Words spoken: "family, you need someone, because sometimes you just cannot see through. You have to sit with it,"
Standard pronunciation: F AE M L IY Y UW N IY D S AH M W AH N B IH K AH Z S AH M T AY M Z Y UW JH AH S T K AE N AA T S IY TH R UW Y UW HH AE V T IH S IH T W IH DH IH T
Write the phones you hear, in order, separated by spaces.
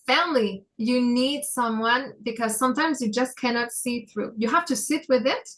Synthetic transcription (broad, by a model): F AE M L IY Y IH N IY D S AH M W AH N B IH K AH Z S AH M T AY M Z Y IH JH AH S K AE N AA T S IY TH R UW Y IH HH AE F T IH S IH T W IH DH IH T